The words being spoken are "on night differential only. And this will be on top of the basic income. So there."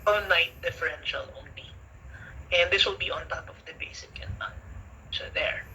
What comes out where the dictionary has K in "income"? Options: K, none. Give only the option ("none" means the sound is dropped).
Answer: none